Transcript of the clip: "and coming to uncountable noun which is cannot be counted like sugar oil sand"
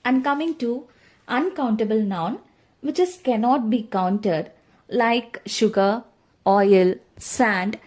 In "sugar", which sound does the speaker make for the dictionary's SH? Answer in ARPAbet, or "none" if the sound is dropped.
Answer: SH